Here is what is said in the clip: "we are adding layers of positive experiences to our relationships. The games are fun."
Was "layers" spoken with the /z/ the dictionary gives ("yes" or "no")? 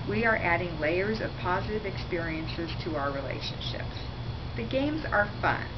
yes